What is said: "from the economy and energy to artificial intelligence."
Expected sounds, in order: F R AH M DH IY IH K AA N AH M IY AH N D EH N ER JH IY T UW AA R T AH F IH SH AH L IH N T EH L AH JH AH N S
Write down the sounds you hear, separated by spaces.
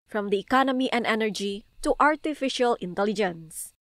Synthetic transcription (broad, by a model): F R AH M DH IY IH K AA N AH M IY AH N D EH N ER JH IY T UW AA R T AH F IH SH AH L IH N T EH L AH JH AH N S